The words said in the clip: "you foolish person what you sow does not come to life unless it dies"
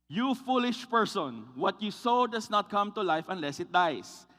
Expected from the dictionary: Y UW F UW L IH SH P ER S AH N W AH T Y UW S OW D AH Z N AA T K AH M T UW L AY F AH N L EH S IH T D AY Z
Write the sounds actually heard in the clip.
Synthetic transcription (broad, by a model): Y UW F UW L IH SH P ER S AH N W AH T Y UW S OW D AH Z N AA T K AH M T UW L AY F AH N L EH S IH T D AY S